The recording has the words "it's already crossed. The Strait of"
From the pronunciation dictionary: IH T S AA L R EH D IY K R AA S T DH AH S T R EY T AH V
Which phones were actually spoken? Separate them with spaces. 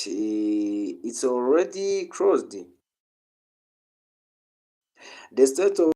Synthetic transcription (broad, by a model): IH T S AA L R EH D IY K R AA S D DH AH S T EY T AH